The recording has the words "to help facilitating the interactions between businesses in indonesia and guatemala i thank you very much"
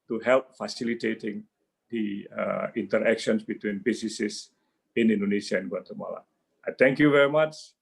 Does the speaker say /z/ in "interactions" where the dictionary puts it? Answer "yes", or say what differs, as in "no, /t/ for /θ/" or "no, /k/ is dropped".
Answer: no, /s/ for /z/